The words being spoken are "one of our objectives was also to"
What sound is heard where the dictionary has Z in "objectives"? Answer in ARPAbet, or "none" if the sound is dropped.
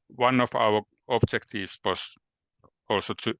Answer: S